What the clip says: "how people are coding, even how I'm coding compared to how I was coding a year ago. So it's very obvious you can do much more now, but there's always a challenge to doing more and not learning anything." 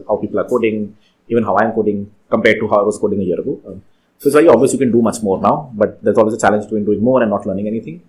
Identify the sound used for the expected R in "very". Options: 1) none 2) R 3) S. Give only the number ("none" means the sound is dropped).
1